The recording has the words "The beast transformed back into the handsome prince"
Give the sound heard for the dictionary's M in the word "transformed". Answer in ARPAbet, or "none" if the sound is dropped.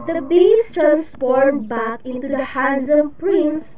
none